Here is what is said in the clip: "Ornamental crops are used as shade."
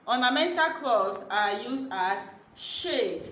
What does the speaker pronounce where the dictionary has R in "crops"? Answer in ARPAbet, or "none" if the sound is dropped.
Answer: L